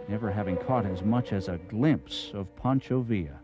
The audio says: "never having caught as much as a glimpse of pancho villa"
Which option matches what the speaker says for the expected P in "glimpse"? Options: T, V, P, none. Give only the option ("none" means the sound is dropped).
P